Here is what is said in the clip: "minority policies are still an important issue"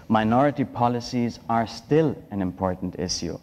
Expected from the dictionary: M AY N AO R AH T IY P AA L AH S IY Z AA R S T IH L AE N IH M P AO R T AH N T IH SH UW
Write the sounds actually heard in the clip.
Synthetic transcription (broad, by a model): M AY N AO R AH T IY P AA L AH S IY Z AA R S T IH L AE N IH M P AO R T N T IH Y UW